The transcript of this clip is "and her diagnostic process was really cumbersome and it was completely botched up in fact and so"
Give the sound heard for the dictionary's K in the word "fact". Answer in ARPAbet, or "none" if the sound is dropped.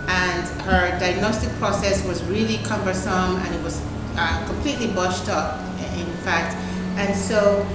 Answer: K